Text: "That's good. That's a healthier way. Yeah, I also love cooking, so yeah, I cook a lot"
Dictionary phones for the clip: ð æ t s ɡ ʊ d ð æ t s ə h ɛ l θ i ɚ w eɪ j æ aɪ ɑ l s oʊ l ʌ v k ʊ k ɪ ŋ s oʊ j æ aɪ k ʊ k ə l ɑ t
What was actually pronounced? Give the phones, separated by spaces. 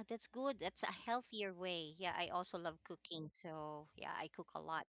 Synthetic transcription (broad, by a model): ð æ t s ɡ ʊ d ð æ t s ə h ɛ l θ i ɚ w eɪ j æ aɪ ɑ l s oʊ l ʌ v k ʊ k ɪ ŋ s oʊ j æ aɪ k ʊ k ə l ɑ t